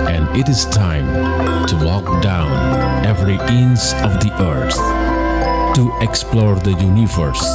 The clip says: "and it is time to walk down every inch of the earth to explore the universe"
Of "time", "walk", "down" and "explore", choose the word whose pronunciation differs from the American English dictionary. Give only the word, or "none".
none